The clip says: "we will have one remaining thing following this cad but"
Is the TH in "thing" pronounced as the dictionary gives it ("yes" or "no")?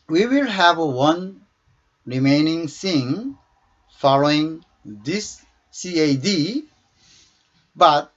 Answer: no